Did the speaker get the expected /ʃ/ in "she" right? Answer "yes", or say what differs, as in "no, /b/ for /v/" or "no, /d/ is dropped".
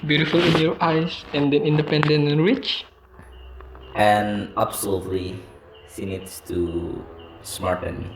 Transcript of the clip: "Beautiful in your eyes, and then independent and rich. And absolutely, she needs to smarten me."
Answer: no, /s/ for /ʃ/